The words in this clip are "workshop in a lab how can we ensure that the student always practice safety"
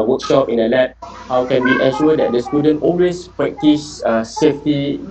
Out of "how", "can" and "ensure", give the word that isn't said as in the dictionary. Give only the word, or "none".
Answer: ensure